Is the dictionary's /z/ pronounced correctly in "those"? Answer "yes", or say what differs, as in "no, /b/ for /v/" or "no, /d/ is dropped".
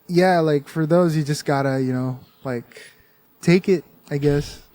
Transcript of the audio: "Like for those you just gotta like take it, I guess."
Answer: yes